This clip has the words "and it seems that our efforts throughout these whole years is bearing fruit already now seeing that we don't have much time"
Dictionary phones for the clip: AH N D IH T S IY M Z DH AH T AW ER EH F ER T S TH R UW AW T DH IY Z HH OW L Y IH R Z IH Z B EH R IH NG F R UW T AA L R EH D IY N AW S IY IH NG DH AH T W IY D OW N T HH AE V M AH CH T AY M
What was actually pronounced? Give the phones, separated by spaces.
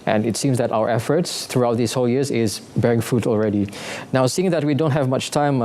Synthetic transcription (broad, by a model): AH N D IH T S IY M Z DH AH T AW ER EH F ER T S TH R UW AW T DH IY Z HH OW L Y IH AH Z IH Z B EH R IH NG F UW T AA L R EH D IY N AW S IY IH NG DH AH T W IY D OW N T HH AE V M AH CH T AY M